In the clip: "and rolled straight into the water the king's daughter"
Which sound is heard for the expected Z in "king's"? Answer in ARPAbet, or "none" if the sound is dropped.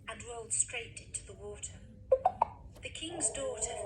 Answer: Z